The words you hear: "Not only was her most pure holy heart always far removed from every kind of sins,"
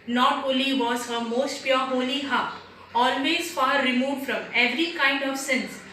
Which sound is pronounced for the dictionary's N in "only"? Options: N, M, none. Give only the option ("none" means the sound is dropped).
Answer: none